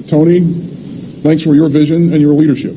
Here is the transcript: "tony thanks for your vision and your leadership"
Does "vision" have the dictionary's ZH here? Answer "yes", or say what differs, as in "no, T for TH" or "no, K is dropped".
yes